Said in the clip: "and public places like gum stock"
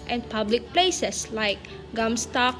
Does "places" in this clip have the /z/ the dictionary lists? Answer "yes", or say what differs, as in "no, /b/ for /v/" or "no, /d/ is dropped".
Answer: no, /s/ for /z/